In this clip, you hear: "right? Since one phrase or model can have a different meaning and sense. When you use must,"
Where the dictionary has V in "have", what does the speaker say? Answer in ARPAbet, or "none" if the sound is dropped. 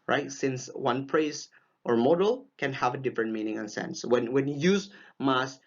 V